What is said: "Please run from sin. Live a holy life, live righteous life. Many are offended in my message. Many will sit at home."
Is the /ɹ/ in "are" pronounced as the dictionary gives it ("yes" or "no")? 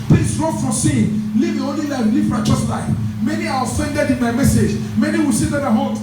no